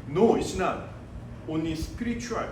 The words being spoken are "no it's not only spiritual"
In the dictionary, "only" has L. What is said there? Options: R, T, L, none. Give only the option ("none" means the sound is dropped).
none